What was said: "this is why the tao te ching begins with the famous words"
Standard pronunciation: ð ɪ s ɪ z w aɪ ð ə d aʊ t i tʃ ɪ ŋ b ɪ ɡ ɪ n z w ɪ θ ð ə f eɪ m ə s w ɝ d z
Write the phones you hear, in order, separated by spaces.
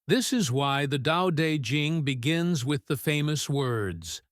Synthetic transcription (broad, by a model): ð ɪ s ɪ z w aɪ ð ə d aʊ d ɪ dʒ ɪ ŋ b ɪ ɡ ɪ n z w ɪ ð ə f eɪ m ə s w ɝ d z